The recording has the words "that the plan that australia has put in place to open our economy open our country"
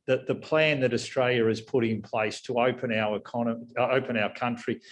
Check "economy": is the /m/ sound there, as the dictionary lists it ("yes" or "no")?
no